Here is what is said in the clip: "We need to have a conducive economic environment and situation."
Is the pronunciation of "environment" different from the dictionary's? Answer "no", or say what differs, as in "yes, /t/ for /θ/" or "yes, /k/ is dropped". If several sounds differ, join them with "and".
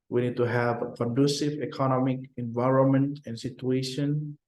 no